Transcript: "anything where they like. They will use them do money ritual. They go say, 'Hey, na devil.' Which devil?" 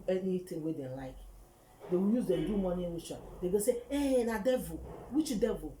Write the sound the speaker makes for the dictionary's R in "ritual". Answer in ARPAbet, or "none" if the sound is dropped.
W